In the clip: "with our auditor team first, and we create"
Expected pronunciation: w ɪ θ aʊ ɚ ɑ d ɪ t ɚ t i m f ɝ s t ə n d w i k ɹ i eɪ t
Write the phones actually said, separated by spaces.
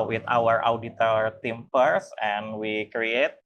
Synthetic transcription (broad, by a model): w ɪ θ aʊ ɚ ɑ d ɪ t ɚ t i m p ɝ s ə n w i k ɹ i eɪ t